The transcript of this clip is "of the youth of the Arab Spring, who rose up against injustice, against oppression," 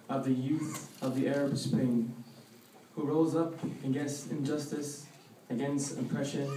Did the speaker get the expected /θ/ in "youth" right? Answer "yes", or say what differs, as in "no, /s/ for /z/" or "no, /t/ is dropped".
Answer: yes